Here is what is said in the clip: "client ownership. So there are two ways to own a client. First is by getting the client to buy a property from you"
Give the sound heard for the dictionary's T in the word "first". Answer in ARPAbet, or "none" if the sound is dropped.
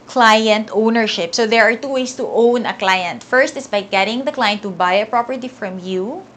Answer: T